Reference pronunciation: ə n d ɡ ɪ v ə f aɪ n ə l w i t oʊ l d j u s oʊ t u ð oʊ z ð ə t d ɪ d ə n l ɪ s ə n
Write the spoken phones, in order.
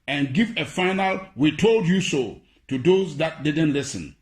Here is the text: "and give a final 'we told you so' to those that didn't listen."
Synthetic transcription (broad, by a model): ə n ɡ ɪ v ə f aɪ n ə l w i t oʊ l d j u s oʊ t u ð oʊ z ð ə t d ɪ d ə n l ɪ s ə n